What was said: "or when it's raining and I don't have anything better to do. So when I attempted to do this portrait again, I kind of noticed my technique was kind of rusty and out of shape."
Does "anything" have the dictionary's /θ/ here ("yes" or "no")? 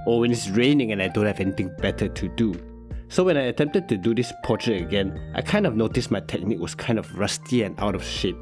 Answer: no